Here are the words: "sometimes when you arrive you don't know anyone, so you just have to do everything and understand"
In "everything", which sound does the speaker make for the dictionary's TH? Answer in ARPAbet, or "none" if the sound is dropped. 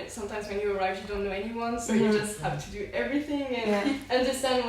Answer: TH